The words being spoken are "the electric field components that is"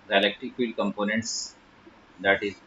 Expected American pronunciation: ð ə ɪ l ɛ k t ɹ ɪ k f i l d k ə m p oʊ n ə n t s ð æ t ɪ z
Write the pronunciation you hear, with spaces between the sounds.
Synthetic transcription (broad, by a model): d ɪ l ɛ k t ɪ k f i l k ə m p oʊ n ə n t s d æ t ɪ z